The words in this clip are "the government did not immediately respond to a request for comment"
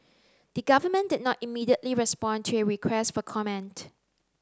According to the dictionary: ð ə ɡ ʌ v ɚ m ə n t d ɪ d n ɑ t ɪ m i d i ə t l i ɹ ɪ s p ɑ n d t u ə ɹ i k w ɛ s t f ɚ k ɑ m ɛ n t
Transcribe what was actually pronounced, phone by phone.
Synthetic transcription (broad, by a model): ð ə ɡ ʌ v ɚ m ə n d ɪ d n ɑ t ɪ m i d i ə t l i ɹ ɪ s p ɑ n t u ə ɹ i k w ɛ s t f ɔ k ɑ m ɛ n t